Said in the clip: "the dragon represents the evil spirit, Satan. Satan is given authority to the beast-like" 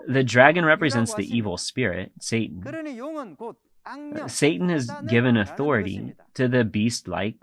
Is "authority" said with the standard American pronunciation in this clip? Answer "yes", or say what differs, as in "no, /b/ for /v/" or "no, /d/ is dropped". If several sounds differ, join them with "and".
yes